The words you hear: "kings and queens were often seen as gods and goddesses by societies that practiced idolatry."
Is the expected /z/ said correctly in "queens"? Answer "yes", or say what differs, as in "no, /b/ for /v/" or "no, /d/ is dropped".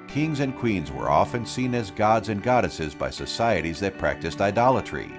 yes